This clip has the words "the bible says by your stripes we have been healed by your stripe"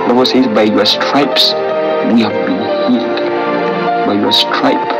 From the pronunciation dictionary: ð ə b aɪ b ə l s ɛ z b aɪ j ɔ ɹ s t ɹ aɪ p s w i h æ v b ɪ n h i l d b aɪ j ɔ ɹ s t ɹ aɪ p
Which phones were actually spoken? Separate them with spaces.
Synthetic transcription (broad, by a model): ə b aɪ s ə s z b aɪ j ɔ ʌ s t ɹ aɪ p s w i h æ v b ɪ n h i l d b aɪ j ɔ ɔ s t ɹ aɪ p